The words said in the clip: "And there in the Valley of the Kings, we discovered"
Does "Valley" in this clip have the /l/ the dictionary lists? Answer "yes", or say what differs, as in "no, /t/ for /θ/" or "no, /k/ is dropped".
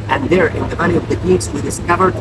no, /n/ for /l/